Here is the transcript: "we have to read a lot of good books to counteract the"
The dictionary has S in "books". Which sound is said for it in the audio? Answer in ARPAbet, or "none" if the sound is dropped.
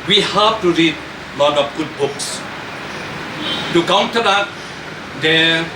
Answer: S